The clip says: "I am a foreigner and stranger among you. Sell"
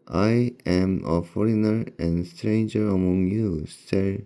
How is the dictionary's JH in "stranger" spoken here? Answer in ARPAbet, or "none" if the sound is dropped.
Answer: JH